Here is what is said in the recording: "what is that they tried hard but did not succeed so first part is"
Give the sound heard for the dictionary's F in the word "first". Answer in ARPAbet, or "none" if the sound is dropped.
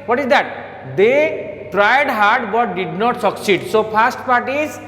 P